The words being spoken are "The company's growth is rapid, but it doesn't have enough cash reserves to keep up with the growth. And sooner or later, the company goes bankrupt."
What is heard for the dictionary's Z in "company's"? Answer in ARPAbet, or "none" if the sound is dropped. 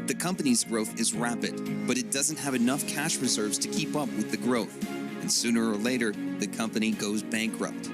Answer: Z